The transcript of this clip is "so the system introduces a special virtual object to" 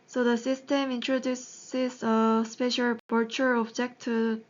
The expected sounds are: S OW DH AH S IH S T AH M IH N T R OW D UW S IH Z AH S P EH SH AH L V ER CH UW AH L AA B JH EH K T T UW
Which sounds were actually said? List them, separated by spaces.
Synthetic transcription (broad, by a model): S OW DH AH S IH S T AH M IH N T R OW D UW S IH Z AH S P EH SH AH L B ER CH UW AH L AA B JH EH K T T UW